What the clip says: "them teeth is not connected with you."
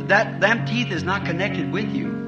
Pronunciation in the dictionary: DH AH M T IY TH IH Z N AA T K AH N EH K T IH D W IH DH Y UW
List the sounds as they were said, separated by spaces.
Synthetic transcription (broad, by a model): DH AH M T IY TH IH Z N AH T K AH N EH K T IH D W IH DH Y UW